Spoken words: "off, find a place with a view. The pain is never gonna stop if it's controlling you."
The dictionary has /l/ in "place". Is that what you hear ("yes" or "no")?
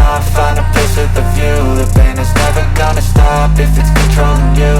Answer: no